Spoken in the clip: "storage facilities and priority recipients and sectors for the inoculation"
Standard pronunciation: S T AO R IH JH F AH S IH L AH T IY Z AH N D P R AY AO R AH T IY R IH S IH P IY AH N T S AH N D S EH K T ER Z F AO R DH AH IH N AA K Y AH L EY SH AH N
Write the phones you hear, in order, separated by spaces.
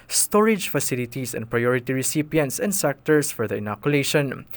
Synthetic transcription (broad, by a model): S T AO R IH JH F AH S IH L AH T IY S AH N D P R AY AO R AH T IY R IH S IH P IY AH N T S AH N D S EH K T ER S F AO R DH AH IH N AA K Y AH L EY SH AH N